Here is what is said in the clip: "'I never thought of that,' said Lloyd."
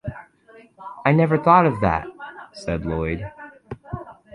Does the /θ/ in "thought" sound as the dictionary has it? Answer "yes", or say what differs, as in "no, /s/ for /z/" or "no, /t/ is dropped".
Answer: yes